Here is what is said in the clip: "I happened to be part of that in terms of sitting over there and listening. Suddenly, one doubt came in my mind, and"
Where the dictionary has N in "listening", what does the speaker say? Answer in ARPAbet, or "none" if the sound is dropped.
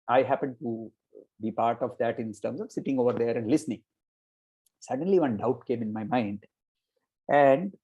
N